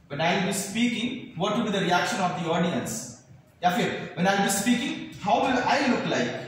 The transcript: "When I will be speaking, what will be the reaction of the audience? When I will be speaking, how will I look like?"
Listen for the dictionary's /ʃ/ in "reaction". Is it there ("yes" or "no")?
yes